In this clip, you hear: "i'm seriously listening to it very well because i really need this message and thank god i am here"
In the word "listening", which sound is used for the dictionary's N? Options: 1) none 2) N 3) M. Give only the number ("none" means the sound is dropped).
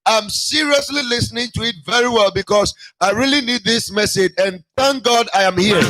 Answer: 2